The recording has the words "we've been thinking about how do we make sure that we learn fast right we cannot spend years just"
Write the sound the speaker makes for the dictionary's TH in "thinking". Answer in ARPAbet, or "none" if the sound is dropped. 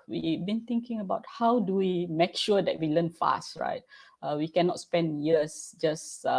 T